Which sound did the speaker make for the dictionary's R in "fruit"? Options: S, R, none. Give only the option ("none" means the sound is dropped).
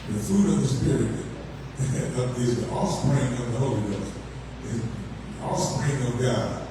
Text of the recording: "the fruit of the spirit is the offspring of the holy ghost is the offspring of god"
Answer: none